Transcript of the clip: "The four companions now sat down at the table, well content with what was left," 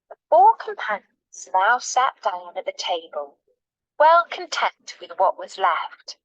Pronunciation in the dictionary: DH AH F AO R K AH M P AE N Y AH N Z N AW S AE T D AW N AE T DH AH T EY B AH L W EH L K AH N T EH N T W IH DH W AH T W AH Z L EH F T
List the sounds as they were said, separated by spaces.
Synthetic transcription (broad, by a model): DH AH F AO R K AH M P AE N Y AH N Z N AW S AE T D AW N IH T DH AH T EY B AH L W EH L K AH N T EH N T W IH DH W AH T W AH Z L EH F T